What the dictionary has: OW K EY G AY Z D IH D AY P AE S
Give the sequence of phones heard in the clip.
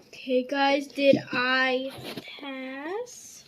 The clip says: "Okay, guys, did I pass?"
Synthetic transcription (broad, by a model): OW K EY G AY Z D IH D AY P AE S